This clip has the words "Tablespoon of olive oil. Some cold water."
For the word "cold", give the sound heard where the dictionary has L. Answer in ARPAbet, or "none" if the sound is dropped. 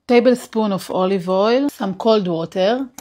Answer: L